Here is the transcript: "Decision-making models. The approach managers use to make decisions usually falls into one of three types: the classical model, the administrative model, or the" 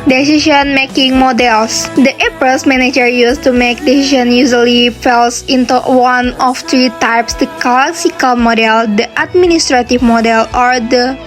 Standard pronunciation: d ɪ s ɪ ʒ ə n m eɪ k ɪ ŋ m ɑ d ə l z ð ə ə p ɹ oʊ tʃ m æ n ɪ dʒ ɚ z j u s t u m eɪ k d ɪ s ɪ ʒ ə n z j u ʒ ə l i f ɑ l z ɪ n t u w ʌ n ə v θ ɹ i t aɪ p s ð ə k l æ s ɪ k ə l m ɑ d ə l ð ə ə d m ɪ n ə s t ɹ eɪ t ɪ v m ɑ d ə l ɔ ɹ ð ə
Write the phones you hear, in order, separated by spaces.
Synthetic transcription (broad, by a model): d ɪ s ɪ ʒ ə n m eɪ k ɪ ŋ m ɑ d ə l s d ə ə p oʊ s m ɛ n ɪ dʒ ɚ j u s t u m eɪ k d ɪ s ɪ ʃ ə n j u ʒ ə l i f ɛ l s ɪ n t u w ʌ n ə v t ɹ i t aɪ p s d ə k l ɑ s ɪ k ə l m ɑ d ə l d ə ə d m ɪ n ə s t ɹ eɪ t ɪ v m ɑ d ə l ɔ ɹ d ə